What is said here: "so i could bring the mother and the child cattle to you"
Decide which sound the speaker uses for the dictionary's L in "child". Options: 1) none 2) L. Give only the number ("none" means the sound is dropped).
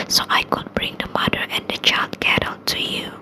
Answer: 2